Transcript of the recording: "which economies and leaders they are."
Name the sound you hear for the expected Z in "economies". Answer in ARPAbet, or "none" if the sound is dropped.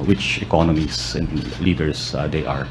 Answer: S